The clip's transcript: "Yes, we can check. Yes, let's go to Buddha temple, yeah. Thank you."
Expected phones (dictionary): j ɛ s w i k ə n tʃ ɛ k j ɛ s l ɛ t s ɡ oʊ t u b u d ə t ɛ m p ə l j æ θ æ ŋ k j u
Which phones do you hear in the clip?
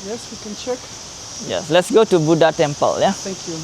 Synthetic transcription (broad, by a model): j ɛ s w i k ə n tʃ ɛ k j ɛ s l ɛ t s ɡ oʊ t u b u d ə t ɛ m p ə l j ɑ t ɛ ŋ k j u